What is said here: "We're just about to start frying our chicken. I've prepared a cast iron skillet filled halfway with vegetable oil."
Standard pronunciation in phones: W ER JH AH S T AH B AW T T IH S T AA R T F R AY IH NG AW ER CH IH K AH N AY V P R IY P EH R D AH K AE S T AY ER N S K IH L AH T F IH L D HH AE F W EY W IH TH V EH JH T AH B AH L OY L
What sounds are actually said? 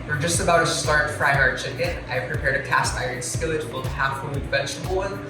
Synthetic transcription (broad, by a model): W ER JH AH S T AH B AW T T IH S T AA R T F R AY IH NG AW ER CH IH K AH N AY V P R IY P EH R D AH K AE S T AY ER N S K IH L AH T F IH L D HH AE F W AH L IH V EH CH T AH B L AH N